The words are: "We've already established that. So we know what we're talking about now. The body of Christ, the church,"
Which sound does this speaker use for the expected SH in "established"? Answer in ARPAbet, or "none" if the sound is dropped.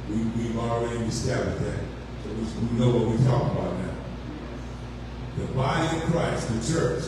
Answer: none